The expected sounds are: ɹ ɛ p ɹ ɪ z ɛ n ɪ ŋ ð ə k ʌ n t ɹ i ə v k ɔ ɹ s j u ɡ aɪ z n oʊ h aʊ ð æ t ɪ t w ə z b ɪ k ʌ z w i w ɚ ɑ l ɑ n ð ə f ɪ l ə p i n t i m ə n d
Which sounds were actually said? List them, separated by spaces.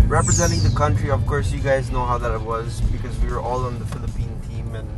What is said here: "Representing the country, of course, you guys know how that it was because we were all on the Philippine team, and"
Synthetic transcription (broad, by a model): ɹ ɛ p ɹ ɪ z ɛ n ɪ ŋ ð ə k ʌ n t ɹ i ə v k ɔ ɹ s j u ɡ aɪ z n oʊ h aʊ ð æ t ɪ t w ə z b ɪ k ʌ z w i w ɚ ɑ l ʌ n ð ə f ɪ l ə p i n t i m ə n